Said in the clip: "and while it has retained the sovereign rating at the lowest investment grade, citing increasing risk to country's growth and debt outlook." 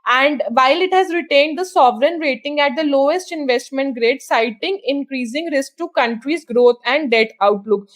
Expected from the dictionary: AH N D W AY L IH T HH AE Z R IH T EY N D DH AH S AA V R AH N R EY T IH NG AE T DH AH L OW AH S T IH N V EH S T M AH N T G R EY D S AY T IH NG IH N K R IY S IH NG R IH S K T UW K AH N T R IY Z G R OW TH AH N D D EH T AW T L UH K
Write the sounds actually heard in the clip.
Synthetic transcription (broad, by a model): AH N D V AY L IH T HH AE Z R IH T EY N D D AH S AA V R AH N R EY T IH NG AE T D AH L OW AH S T IH N V EH S T M AH N T G R EY D S AY T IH NG IH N K R IY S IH NG R IH S K T UW K AH N T R IY Z G R OW T AH N D D EH T AW T L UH K